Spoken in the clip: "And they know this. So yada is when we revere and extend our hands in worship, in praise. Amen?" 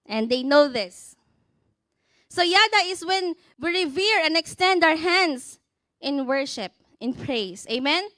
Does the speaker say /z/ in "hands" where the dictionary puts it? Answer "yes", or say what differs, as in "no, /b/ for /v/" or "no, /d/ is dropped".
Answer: no, /s/ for /z/